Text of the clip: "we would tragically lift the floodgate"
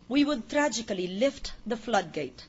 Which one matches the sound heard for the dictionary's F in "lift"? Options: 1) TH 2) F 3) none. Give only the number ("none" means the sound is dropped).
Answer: 2